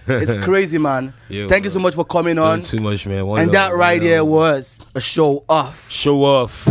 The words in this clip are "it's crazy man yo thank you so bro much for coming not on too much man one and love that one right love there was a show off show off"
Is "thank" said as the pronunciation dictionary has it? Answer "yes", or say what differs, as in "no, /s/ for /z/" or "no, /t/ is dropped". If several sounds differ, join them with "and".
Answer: yes